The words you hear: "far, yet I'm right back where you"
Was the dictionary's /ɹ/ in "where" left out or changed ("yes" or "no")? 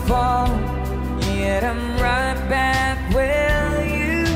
yes